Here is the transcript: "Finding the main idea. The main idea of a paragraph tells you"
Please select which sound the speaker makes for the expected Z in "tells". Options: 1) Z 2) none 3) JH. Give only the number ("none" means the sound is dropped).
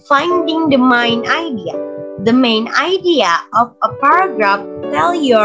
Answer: 2